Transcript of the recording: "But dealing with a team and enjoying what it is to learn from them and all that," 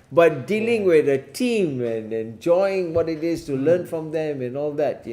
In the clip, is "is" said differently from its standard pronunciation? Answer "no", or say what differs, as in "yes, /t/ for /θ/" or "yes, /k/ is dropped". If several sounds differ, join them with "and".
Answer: yes, /s/ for /z/